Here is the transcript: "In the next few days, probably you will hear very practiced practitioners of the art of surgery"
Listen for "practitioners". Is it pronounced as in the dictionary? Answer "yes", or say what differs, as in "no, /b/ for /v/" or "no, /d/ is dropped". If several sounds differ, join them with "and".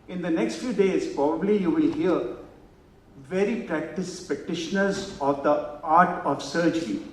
no, /ɹ/ is dropped